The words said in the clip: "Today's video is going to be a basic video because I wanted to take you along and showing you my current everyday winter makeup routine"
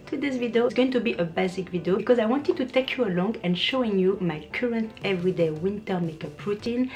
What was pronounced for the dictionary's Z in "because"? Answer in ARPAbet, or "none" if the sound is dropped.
Z